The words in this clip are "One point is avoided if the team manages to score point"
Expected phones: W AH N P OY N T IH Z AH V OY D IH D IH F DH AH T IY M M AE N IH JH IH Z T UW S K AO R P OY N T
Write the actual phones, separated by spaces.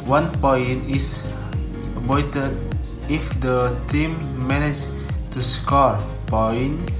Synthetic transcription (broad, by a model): W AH N P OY N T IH S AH P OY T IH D IH F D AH T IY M M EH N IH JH T UW S K AO R P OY N